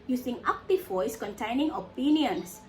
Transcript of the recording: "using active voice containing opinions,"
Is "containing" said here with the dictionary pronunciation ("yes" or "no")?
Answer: yes